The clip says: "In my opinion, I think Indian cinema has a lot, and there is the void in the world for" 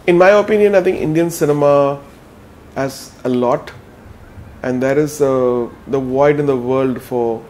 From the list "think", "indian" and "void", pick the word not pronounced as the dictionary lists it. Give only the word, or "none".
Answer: think